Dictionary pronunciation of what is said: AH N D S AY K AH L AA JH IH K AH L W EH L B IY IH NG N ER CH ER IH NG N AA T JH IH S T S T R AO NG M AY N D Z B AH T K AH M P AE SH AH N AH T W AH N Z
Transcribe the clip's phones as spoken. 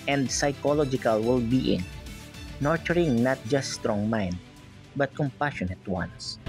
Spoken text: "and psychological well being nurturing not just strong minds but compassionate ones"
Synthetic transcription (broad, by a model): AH N D S AY K AH L AA JH IH K AH L W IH L B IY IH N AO CH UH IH NG N AA T JH IH S T S T R AO NG M AY N D B AH T K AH M P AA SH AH N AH T W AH N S